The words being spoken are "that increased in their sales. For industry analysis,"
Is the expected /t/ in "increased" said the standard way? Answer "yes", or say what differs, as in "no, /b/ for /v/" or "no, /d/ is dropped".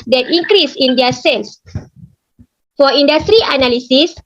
no, /t/ is dropped